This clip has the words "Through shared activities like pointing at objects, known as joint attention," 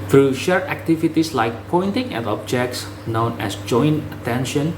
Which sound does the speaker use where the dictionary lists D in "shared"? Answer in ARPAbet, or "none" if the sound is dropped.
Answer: none